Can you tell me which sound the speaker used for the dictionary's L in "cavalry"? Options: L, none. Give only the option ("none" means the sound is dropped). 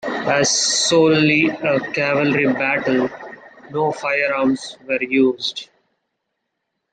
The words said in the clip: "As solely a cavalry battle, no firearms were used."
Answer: L